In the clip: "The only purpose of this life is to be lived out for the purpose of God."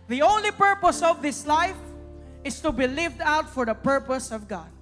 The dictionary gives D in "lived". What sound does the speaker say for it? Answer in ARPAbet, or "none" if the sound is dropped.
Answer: D